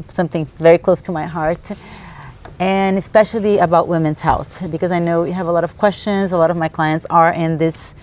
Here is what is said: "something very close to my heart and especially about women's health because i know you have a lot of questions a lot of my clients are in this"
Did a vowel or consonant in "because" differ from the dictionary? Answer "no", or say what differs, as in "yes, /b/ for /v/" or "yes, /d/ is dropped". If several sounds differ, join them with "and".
no